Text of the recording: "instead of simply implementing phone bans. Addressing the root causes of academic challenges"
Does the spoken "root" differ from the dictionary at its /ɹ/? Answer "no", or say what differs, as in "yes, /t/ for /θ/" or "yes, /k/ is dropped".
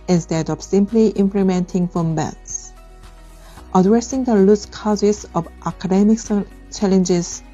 yes, /l/ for /ɹ/